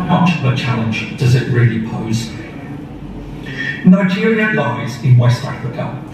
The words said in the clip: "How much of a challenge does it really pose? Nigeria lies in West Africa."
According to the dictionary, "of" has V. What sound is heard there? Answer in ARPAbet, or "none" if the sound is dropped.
P